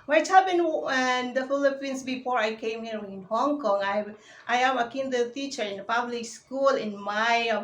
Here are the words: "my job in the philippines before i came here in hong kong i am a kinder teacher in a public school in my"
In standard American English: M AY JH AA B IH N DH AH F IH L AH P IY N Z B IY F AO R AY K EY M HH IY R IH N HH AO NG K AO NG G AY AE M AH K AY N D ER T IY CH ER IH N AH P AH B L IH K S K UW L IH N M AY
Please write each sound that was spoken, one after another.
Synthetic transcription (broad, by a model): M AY CH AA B IH N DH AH F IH L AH P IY N S B IY F AO R AY K EY M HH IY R IH N HH AO NG K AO NG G AY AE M AH K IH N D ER T IY CH ER IH N AH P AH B L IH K S K UW L IH N M AY